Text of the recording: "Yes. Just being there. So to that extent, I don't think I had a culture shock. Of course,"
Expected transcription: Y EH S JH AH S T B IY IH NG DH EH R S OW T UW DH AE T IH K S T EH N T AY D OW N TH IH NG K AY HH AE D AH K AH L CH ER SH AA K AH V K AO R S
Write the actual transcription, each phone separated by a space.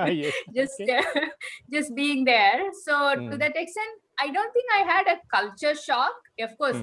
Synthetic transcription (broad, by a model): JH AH S JH AH S T B IY IH NG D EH R S OW T UW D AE T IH K S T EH N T AY D OW N T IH NG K AY HH AE D AH K AH L CH ER SH AA K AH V K AO R S